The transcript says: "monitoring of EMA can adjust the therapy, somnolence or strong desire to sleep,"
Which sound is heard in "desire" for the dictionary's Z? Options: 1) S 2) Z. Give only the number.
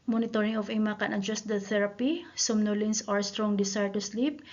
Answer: 1